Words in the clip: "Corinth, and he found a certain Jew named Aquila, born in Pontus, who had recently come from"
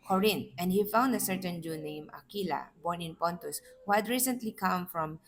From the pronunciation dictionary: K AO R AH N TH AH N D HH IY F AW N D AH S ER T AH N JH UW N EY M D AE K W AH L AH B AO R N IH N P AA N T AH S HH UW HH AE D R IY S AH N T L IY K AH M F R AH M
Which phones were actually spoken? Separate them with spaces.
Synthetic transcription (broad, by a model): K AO R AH N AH N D HH IY F AW N D AH S ER T AH N JH UW N EY M AA K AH L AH B AO R N IH N P AA N T AH S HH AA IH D R IY S AH N T L IY K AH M F R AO M